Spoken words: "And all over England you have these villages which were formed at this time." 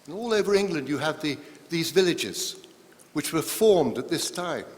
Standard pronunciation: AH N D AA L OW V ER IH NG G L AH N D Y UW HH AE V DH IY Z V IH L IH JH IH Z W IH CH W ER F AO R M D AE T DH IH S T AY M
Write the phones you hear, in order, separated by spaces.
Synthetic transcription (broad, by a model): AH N AA L OW V ER IH NG G L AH N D Y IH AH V DH IY Z V IH L IH JH IH Z W IH CH W ER F AO R M D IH T DH IH S T AY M